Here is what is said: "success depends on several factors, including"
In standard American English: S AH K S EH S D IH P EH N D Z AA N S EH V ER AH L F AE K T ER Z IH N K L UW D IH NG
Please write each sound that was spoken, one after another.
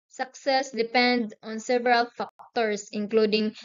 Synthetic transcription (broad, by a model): S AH K S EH S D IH P EH N D AA N S EH V ER AH L F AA K T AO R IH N K L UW D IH NG